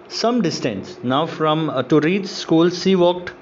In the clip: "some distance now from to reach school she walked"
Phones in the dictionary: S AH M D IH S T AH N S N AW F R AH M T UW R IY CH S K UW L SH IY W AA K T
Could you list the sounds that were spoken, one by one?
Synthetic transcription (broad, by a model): S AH M D IH S T AH N S N AW F R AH M T UW R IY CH S K UW L S IY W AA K T